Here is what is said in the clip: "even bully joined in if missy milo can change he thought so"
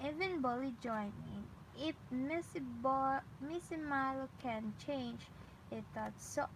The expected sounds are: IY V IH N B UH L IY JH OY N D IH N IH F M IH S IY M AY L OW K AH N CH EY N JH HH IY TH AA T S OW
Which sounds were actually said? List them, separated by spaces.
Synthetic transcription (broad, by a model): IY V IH N B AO L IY JH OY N IH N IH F M IH S IY M AY L OW K AH N CH EY N JH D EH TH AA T S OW